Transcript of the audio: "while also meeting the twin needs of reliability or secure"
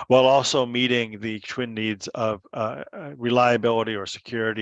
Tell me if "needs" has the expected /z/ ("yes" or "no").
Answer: yes